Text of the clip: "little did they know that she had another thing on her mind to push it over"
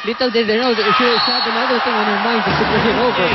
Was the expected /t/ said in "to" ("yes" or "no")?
no